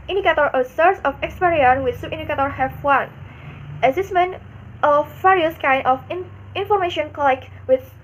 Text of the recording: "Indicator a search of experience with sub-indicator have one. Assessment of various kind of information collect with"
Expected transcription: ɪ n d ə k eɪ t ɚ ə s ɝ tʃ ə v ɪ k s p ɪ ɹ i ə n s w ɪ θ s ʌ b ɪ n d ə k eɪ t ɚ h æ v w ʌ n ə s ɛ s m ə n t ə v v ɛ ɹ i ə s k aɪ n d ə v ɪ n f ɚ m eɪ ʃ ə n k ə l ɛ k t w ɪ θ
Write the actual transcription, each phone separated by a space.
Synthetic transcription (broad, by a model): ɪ n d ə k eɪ t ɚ ə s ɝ s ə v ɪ k s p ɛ ɹ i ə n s w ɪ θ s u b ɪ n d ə k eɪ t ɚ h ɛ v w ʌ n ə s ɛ s m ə n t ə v v ɛ ɹ i ə s k aɪ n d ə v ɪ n f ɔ m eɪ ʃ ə n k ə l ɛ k w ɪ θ